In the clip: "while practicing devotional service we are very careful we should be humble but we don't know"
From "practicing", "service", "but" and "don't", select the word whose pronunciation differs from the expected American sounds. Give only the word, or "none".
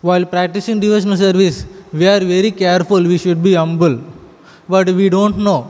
none